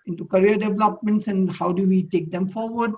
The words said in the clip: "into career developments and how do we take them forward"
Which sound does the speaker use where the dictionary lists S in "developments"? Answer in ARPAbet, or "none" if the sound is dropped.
S